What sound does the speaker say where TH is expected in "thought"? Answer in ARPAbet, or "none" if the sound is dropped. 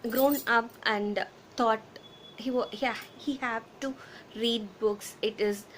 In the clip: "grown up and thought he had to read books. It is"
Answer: T